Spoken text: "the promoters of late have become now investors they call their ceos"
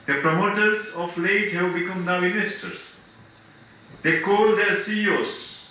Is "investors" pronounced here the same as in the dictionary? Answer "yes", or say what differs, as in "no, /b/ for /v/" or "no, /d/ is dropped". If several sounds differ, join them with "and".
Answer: no, /v/ is dropped